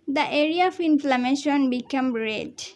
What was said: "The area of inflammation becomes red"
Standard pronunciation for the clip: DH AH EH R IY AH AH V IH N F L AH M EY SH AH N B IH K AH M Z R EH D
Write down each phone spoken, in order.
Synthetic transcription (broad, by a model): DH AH EH R IY AH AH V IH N F L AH M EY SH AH N B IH K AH M R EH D